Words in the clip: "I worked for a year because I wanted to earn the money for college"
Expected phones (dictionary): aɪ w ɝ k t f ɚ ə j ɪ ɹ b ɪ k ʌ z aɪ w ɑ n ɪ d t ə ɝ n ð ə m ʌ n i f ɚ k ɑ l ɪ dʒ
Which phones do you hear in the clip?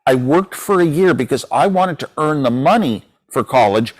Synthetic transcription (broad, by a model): aɪ w ɝ k t f ɚ ə j ɪ ɹ b ɪ k ʌ z aɪ w ɑ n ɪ d t ə ɝ n ð ə m ʌ n i f ɚ k ɑ l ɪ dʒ